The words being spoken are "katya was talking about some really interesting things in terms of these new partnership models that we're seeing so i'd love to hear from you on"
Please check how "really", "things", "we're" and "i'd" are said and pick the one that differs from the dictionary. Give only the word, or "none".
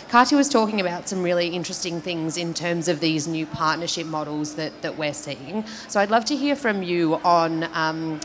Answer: none